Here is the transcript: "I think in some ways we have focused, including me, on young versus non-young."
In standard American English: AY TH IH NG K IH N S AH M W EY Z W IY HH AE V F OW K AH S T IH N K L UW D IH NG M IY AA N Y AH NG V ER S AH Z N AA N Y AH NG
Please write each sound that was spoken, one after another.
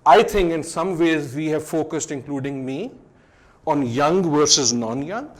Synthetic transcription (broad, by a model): AY T IH NG K IH N S AH M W EY Z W IY HH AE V F OW K AH S T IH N K L UW D IH NG M IY AA N Y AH NG V ER S AH Z N AA N Y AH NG